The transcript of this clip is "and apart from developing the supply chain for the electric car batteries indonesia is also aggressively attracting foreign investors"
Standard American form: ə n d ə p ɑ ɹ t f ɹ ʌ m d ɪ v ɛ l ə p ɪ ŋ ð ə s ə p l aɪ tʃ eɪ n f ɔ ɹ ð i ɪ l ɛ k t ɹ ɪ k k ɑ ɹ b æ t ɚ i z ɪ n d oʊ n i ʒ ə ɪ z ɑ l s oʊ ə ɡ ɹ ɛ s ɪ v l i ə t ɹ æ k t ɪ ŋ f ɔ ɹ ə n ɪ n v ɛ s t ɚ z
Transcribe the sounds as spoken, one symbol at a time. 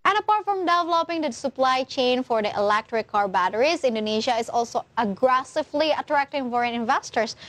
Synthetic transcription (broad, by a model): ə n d ə p ɑ ɹ t f ɹ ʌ m d ɪ v ɛ l ə p ɪ ŋ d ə s ə p l aɪ tʃ eɪ n f ɔ ɹ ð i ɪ l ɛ k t ɹ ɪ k k ɑ ɹ b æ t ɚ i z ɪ n d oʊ n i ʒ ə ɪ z ɑ l s oʊ ə ɡ ɹ ɛ s ɪ v l i ə t ɹ æ k t ɪ ŋ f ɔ ɹ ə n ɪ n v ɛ s t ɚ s